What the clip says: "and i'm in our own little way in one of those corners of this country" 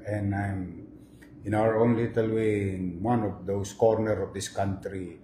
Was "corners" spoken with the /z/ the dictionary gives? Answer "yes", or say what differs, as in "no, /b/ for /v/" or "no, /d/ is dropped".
no, /z/ is dropped